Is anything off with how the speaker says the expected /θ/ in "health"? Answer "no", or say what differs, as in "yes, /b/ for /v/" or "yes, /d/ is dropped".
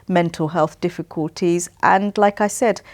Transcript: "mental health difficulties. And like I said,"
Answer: no